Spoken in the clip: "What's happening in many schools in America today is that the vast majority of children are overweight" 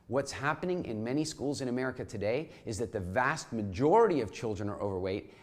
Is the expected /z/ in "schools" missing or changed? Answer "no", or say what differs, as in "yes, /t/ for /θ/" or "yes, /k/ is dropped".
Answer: no